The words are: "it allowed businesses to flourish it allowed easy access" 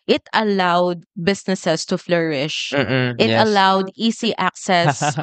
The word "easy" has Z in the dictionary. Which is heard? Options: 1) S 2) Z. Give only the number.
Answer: 1